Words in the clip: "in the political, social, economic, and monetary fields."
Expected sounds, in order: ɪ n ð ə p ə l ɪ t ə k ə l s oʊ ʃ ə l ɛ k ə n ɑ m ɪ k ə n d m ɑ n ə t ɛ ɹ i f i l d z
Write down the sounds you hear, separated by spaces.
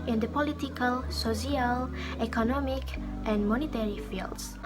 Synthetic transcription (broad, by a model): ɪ n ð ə p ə l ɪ t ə k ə l s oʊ s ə l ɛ k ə n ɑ m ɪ k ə n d m ɑ n ə t ɛ ɹ i f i l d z